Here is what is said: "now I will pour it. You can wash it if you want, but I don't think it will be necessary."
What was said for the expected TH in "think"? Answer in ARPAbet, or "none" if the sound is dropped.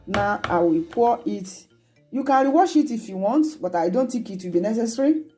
T